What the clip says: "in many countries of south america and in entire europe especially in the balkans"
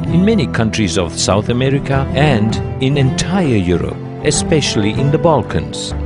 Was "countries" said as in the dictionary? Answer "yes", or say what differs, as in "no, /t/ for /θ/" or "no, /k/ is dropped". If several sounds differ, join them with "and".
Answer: yes